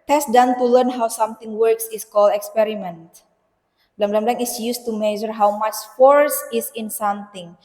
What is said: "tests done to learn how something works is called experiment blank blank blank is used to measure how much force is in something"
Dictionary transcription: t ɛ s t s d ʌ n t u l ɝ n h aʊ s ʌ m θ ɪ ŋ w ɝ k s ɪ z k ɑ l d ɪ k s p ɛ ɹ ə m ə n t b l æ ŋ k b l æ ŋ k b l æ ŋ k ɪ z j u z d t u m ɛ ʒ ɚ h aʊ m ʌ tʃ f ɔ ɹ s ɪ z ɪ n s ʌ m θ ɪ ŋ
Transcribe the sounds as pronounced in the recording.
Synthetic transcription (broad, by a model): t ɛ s s d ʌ n t u l ɝ n h aʊ s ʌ m t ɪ ŋ w ɝ k s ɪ s k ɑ l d ɪ k s p ɛ ɹ ə m ə n t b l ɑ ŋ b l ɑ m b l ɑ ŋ ɪ s j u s t u m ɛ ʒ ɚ h aʊ m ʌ tʃ f ɔ ɹ s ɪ s ɪ n s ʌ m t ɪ ŋ